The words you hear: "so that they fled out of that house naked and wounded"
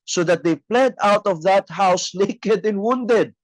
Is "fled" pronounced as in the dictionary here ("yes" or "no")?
no